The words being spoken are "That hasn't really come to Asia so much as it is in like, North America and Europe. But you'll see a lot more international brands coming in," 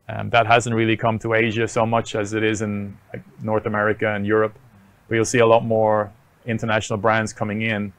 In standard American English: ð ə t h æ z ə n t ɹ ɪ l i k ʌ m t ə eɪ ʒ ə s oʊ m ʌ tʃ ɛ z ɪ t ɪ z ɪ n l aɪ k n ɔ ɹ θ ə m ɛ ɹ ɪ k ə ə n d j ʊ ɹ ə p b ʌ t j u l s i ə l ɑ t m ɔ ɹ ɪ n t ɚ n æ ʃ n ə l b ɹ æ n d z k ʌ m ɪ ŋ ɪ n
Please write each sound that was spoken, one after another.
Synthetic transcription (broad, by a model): ð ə t h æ z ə n t ɹ ɪ l i k ʌ m t ə eɪ ʒ ə s oʊ m ʌ tʃ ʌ z ɪ t ɪ z ɪ n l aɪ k n ɔ ɹ θ ə m ɛ ɹ ɪ k ə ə n j ʊ ɹ ə p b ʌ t j u l s i ə l ɑ t m ɔ ɹ ɪ n t ɚ n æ ʃ n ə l b ɹ æ n d z k ʌ m ɪ ŋ ɪ n